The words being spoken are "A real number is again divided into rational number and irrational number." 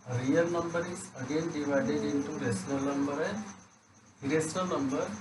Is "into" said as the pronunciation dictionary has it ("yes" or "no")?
yes